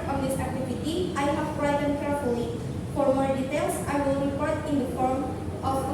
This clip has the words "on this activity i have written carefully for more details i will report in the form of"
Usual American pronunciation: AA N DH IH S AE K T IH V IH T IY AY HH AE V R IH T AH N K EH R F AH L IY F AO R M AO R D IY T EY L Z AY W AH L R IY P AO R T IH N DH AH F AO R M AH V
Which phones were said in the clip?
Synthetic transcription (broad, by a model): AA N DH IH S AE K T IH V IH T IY AY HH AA P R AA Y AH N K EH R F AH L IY F AO R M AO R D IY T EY L S AY W AH L R IY P AO R T IH N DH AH F AO R M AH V